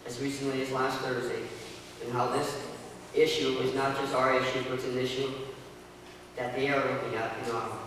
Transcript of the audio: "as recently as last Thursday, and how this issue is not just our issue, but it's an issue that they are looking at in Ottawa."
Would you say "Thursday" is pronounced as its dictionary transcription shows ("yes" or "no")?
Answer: yes